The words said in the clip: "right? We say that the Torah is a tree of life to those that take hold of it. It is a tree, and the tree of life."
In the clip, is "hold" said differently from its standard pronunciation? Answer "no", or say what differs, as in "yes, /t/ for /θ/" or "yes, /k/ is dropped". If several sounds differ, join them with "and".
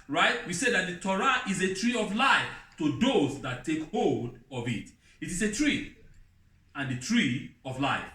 no